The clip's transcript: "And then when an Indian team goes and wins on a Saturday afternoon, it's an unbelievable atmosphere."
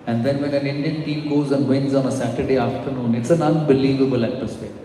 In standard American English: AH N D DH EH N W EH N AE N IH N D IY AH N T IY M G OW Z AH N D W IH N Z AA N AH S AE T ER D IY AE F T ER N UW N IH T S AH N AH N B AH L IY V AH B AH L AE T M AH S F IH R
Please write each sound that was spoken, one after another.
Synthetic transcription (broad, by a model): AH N D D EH N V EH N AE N IH N D IY AH N T IY M G OW Z AH N D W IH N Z AA N AH S AE T ER D IY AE F T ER N UW N IH T S AH N AH N B AH L IY V AH B AH L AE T M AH S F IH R